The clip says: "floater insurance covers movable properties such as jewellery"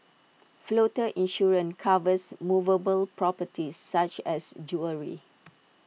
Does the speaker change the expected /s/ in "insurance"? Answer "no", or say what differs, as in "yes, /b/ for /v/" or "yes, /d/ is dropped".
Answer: yes, /s/ is dropped